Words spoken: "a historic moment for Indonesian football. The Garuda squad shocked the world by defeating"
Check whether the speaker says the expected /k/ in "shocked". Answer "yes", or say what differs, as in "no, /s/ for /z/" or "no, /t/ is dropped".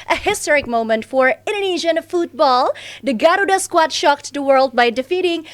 yes